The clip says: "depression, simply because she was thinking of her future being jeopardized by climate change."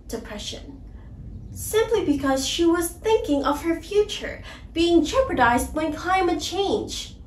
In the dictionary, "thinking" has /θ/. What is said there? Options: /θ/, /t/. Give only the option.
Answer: /θ/